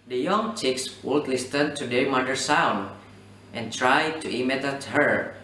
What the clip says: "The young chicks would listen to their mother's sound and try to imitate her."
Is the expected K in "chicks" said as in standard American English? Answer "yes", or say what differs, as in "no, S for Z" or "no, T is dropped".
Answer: yes